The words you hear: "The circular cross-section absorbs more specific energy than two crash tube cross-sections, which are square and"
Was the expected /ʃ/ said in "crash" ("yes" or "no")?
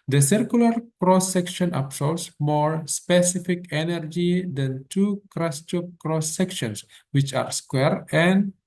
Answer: no